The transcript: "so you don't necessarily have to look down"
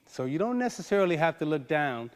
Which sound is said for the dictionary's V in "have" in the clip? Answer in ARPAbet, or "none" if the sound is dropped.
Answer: F